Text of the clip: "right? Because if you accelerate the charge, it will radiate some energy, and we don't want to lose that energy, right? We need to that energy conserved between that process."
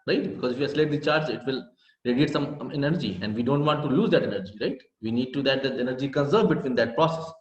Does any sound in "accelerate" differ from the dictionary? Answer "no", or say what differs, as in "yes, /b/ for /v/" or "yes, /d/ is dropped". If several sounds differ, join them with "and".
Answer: yes, /k/ is dropped